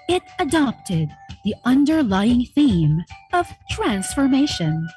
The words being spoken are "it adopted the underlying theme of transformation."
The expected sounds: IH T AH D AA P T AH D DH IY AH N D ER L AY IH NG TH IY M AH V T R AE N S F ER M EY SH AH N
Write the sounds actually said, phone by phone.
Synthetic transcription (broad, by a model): IH T AH D AA P T AH D DH IY AH N D ER L AY IH NG TH IY M AH V T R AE N S F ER M EY SH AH N